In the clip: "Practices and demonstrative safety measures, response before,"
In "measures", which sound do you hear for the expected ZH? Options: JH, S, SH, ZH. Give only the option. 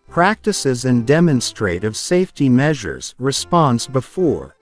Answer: ZH